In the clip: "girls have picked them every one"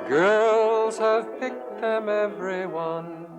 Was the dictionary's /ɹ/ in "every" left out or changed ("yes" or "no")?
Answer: no